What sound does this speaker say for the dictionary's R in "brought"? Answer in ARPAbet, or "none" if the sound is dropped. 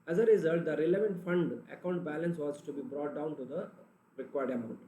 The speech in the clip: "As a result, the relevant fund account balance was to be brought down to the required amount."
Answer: R